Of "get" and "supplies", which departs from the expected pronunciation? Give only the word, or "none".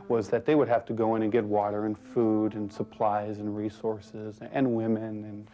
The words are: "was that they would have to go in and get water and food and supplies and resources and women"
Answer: none